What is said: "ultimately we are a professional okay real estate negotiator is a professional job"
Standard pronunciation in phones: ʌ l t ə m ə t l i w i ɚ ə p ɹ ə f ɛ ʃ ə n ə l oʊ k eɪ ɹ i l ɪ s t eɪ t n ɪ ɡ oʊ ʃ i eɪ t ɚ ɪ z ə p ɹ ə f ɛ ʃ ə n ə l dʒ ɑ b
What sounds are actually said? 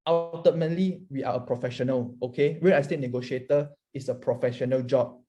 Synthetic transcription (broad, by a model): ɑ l t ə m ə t l i w i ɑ ə p ɹ ə f ɛ ʃ ə n ə l oʊ k eɪ w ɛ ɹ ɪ s t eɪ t n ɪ ɡ oʊ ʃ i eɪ t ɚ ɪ s ə p ɹ ə f ɛ ʃ ə n ə l dʒ ɑ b